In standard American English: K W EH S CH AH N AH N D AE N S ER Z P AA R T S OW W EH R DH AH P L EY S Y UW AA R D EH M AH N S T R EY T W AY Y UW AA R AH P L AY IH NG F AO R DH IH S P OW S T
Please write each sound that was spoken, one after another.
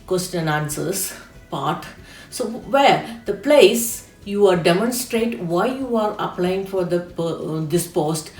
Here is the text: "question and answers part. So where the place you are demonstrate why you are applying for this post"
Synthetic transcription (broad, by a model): K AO S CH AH N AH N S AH S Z P AA R T S OW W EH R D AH P L EY S Y UW AA R D EH M AH N S T R EY T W AY Y UW AA R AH P L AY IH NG F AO R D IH S P OW S T